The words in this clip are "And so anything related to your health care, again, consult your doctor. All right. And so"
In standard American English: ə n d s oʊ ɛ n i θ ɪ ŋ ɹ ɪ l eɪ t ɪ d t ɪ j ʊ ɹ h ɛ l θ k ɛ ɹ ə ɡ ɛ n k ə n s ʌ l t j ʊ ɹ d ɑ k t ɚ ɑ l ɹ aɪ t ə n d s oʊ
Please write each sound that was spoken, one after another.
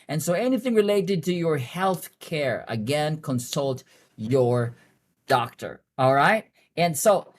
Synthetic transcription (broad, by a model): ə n s oʊ ɛ n i θ ɪ ŋ ɹ ɪ l eɪ t ɪ d t ɪ j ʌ ɹ h ɛ l θ k ɛ ɹ ə ɡ ɛ n k ə n s ʌ l t j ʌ ɹ d ɑ k t ɚ ɑ l ɹ aɪ t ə n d s oʊ